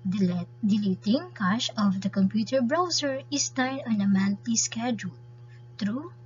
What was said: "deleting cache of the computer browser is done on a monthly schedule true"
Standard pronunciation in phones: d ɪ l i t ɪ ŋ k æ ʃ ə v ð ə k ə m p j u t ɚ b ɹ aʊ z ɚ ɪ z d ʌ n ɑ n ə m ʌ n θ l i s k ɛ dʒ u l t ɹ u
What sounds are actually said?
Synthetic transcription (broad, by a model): d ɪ l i t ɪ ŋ k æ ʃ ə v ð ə k ə m p j u t ɚ b ɹ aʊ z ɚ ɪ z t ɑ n ɑ n ə m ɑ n t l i s k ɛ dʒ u l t ɹ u